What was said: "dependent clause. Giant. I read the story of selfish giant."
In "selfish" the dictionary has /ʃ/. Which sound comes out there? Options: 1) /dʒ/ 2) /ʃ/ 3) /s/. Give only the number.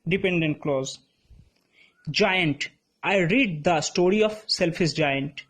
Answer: 3